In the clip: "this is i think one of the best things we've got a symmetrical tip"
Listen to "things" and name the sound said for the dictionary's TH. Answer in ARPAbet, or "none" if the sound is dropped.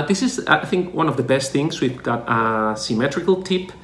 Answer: TH